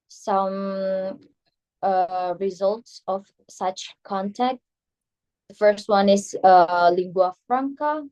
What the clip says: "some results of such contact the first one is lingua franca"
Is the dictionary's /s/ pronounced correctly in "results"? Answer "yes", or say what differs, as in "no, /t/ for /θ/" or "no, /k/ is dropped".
yes